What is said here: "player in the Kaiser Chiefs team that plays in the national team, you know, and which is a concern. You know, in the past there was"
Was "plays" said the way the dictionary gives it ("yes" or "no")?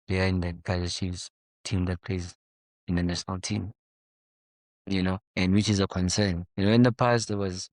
no